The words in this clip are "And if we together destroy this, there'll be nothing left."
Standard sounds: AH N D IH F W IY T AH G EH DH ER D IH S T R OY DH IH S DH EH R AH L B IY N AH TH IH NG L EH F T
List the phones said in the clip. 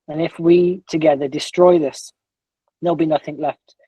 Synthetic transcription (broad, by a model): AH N IH F W IY T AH G EH DH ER D IH S T R OY DH IH S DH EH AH L B IY N AH TH IH NG L EH F T